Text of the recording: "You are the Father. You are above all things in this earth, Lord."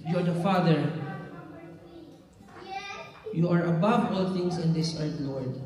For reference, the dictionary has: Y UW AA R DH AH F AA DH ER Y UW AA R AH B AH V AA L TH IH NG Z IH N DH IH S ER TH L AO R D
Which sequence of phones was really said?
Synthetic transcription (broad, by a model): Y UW AA R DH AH F AA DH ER Y UW AA R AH B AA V AA L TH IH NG S IH N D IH S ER T L AO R D